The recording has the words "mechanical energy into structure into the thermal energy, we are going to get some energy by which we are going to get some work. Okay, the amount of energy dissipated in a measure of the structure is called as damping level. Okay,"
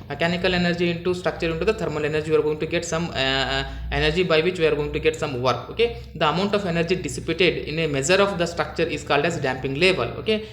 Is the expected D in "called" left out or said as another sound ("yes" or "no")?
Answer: no